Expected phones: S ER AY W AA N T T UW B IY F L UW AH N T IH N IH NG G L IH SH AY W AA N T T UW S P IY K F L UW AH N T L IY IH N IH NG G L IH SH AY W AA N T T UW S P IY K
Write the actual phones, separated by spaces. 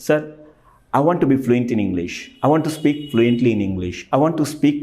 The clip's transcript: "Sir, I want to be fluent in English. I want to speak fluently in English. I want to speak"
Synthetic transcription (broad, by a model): S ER AY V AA N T T UW B IY F L UW AH N T IH N IH NG G L IH SH AY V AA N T T UW S P IY K F L UW AH N T L IY IH N IH NG G L IH SH AY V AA N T T UW S P IY K